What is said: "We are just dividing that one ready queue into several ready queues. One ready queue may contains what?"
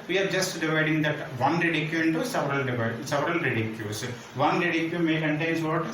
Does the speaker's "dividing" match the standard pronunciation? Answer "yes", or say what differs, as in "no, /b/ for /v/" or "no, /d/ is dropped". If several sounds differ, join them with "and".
yes